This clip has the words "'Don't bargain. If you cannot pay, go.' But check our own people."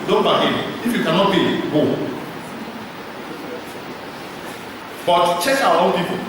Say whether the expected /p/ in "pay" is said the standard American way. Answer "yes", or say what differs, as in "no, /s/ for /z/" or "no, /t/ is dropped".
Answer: no, /b/ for /p/